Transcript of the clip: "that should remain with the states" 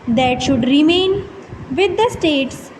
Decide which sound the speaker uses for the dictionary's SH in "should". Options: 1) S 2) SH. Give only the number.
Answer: 2